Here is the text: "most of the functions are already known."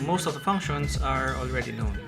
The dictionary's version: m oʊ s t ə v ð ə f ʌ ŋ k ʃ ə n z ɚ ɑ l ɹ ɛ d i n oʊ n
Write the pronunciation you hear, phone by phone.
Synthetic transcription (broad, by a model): m oʊ s t ə v ð ə p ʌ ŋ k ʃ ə n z ɚ ɑ l ɹ ɛ d i n oʊ n